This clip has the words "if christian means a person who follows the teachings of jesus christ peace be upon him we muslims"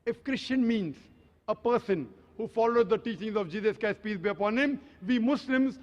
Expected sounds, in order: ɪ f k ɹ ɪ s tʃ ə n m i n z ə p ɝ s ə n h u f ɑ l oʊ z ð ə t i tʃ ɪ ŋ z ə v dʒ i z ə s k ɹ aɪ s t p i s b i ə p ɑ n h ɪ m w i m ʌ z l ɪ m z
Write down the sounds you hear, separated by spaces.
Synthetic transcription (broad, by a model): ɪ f k ɹ ɪ s tʃ ə n m i n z ə p ɝ s ə n h u f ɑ l oʊ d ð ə t i tʃ ɪ ŋ z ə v dʒ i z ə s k aɪ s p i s b i ə p ɑ n h ɪ m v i m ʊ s l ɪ m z